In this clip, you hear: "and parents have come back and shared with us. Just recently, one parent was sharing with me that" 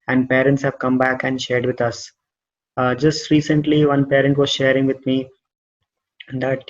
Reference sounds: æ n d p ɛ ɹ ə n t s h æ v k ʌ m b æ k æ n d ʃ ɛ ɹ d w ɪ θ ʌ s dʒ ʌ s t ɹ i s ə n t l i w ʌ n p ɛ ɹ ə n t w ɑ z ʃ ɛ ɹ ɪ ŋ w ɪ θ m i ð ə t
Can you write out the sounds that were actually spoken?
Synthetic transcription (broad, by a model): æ n d p ɛ ɹ ə n t s h æ v k ʌ m b æ k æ n d ʃ ɛ ɹ d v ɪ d ʌ s dʒ ʌ s t ɹ i s ə n t l i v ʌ n p ɛ ɹ ə n t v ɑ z ʃ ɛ ɹ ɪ ŋ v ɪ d m i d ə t